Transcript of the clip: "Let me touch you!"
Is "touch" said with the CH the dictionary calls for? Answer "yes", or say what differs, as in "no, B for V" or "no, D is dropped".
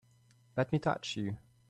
yes